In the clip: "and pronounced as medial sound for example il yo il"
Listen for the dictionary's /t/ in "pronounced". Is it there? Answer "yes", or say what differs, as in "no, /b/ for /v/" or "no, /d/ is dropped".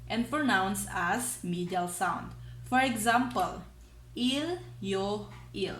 no, /t/ is dropped